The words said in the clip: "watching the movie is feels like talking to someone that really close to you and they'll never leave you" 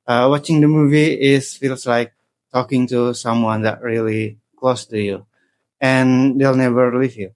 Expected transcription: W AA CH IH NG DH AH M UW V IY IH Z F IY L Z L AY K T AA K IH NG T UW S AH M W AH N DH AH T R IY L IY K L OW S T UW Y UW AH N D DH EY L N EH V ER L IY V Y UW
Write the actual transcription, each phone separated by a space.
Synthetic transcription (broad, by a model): W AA CH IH NG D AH M UW V IY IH S F IY L S L AY K T AA K IH NG T UW S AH M W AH N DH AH T R IY L IY K L OW S T UW Y UW AH N D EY L N EH V ER L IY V Y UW